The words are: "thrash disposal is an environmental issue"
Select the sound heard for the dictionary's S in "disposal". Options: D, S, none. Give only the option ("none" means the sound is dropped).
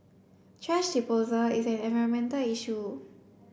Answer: none